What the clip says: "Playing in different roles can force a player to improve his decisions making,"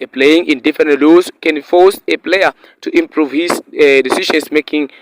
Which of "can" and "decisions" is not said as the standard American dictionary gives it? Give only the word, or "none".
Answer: decisions